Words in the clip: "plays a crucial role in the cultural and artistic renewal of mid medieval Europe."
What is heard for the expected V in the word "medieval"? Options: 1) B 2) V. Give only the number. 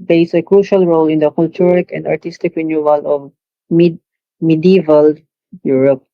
2